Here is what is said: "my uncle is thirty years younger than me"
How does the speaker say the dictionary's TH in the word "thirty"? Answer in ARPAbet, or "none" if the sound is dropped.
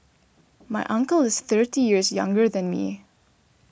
TH